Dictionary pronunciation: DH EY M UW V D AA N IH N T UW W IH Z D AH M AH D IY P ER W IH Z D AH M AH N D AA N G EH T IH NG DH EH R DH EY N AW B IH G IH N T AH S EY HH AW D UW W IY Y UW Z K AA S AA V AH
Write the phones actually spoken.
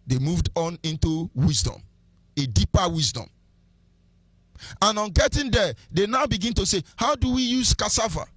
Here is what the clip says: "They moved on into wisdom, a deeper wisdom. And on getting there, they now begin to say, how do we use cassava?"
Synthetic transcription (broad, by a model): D EY M UW V D AA N IH N T UW W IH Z D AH M AH D IY P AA W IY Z D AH M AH N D AA N G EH T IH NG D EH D EY N AW B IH G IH N T AH S EY HH AW D UW W IY Y UW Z K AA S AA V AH